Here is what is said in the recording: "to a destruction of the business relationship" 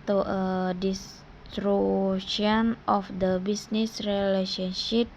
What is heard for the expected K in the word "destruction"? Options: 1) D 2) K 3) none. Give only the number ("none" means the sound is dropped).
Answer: 3